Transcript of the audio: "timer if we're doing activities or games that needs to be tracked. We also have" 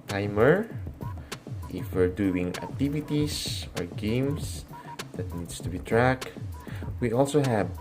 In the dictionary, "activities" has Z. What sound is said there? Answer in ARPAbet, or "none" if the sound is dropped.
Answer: S